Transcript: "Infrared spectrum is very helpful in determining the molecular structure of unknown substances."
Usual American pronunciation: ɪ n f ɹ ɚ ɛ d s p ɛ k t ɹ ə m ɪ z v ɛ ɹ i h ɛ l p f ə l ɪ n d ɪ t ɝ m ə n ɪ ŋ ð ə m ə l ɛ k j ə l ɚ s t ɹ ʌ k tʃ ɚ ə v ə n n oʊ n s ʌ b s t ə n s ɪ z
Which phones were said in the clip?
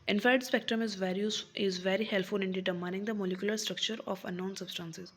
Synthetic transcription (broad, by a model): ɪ n f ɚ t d s p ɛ k t ɹ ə m ɪ z v ɛ ɹ i h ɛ l f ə l ɪ n d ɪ t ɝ m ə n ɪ ŋ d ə m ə l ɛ k j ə l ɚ s t ɹ ʌ k tʃ ɚ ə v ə n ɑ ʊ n s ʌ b s t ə n s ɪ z